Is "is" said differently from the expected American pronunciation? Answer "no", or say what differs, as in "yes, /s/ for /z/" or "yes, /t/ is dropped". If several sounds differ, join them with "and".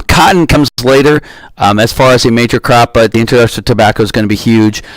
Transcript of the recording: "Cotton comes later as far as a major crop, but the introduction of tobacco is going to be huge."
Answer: no